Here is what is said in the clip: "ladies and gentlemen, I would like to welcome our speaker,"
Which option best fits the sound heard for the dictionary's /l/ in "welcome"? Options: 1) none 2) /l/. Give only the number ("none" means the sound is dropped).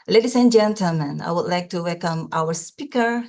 2